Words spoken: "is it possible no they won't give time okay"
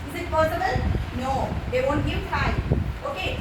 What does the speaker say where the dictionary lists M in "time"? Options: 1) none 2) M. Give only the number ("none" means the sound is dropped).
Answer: 1